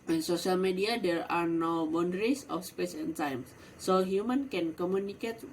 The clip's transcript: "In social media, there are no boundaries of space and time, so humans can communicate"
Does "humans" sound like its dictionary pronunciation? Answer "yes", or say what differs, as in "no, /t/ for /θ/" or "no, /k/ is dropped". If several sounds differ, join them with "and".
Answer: no, /z/ is dropped